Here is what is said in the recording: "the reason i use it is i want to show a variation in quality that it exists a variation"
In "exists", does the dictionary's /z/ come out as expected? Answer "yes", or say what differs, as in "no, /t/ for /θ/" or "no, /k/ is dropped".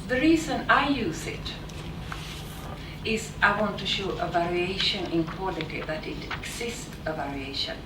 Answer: no, /s/ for /z/